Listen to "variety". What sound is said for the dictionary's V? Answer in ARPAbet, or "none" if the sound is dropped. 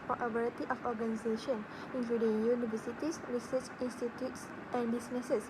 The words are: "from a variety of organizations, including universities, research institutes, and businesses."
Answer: B